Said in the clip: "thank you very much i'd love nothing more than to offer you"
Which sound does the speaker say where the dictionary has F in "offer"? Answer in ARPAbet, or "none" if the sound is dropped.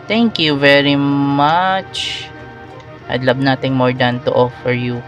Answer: F